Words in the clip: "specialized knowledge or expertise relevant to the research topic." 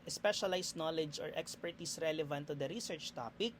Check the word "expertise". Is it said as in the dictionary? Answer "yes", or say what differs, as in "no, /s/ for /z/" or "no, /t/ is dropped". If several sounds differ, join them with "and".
no, /s/ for /z/